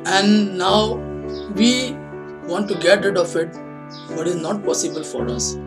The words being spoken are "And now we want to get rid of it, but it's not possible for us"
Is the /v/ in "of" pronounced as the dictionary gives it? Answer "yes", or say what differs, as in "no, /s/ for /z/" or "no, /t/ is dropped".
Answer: no, /f/ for /v/